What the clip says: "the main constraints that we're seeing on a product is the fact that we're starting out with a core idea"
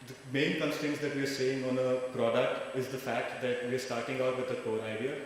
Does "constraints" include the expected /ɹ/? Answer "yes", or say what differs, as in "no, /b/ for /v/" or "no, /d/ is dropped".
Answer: no, /ɹ/ is dropped